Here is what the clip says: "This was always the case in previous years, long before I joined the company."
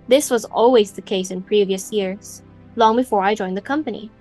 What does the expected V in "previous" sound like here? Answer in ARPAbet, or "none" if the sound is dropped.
V